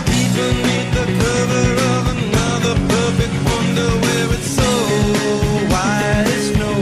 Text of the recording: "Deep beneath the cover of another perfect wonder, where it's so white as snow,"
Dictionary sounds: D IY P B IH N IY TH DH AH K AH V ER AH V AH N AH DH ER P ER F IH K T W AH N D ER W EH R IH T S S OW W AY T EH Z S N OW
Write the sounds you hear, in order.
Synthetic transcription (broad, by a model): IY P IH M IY T DH AH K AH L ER AH V AH N AH DH ER P ER F IH K T W AH N D ER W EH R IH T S S OW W AY IH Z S N OW